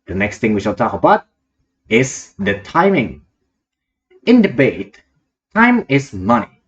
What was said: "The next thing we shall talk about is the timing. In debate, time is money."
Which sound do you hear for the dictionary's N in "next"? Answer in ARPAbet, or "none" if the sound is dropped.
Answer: N